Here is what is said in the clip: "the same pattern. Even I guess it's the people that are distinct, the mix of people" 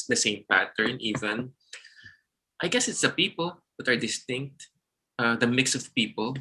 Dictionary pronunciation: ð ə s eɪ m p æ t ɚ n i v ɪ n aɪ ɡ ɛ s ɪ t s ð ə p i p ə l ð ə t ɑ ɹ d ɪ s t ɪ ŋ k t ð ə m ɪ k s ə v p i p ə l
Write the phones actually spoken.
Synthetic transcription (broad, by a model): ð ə s eɪ m p æ t ɚ n i v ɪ n aɪ ɡ ɛ s ɪ t s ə p i p ə l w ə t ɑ ɹ d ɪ s t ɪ ŋ k t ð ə m ɪ k s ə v p i p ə l